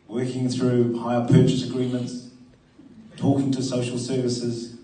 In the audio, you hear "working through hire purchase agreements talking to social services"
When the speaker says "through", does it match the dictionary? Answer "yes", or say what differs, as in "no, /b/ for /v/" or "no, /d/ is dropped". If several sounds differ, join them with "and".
yes